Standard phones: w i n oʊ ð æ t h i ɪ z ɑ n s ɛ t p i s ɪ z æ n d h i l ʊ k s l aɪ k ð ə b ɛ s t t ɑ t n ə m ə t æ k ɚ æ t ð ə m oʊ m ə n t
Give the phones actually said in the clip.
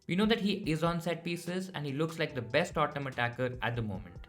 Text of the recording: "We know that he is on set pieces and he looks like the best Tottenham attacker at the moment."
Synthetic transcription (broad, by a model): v i n oʊ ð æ t h i ɪ z ɑ n s ɛ t p i s ɪ z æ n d h i l ʊ k s l aɪ k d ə b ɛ s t t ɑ t ə m ə t æ k ɚ æ t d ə m oʊ m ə n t